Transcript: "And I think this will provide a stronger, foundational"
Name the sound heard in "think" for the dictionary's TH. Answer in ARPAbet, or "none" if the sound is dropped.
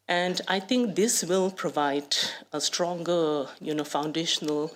T